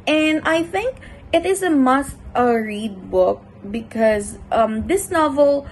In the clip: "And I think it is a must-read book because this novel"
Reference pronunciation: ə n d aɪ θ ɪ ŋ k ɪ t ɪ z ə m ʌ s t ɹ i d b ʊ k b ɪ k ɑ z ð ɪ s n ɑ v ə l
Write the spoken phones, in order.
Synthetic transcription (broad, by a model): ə n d aɪ θ ɪ ŋ k ɪ t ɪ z ə m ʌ s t ɹ i d b ʊ k b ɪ k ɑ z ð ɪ s n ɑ v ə l